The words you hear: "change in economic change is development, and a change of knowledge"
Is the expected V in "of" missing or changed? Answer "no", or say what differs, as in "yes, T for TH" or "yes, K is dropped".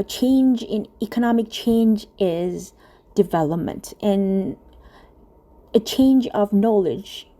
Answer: no